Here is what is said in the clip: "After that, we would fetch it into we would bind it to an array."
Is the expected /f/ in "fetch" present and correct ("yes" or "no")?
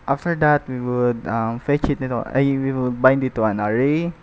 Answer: yes